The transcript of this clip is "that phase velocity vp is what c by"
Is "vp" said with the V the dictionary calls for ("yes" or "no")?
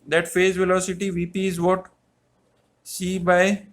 yes